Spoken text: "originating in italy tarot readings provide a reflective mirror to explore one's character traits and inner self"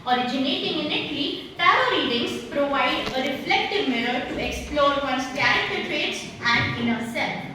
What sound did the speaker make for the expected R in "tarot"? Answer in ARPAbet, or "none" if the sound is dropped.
none